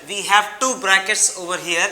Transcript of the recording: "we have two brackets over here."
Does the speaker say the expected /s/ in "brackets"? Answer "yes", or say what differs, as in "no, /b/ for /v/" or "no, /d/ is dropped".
yes